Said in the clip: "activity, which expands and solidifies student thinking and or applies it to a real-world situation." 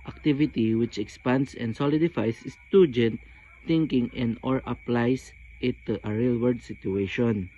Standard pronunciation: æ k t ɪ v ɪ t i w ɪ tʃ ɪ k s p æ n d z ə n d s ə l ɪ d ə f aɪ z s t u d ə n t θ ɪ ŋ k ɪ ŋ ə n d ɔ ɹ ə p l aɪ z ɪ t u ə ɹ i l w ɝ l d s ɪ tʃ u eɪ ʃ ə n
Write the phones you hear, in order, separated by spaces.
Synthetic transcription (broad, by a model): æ k t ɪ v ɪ t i w ɪ tʃ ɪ k s p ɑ n d s ə n d s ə l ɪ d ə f aɪ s s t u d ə n t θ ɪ ŋ k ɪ ŋ ə n d ɔ ɹ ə p l aɪ s ɪ t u ə ɹ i l w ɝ d s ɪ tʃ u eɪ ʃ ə n